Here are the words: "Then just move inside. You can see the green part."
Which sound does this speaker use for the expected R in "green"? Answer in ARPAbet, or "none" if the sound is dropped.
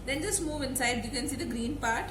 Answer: R